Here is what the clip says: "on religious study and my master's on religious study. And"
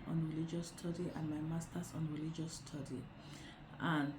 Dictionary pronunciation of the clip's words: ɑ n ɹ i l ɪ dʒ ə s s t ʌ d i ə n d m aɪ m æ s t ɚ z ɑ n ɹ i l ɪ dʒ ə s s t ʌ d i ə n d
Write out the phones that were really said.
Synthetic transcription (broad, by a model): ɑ n ɹ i l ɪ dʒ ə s s t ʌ d i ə n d m aɪ m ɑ s t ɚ s ɑ n ɹ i l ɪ dʒ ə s s t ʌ d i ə n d